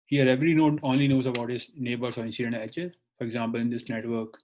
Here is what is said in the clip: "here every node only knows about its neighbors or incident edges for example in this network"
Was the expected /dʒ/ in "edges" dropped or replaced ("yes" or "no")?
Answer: yes